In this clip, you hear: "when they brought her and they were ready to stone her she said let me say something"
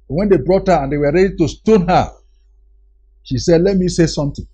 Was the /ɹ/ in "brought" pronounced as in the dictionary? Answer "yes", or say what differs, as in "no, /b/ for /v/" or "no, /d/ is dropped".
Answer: yes